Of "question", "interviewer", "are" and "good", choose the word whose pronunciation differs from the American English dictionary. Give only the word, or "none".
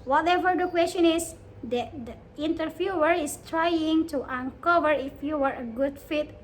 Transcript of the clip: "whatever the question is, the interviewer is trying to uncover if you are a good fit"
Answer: interviewer